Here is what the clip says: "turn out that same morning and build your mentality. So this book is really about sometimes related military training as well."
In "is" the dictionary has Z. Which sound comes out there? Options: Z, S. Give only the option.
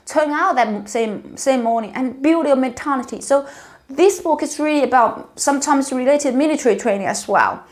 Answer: S